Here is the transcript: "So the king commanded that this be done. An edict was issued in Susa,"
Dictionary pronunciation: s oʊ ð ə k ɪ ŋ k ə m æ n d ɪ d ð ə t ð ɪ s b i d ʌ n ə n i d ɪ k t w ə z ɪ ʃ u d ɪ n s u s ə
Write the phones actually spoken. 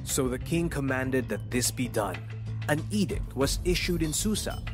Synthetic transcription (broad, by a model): s oʊ ð ə k ɪ ŋ k ə m æ n d ɪ d ð ə t ð ɪ s b i d ʌ n ə n i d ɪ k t w ə z ɪ ʃ u d ɪ n s u s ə